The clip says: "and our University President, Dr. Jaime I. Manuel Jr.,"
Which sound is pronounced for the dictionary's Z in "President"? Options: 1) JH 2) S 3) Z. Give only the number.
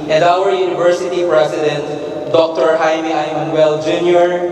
2